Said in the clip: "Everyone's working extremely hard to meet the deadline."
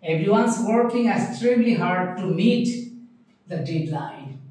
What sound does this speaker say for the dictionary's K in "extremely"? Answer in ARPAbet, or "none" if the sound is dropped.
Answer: none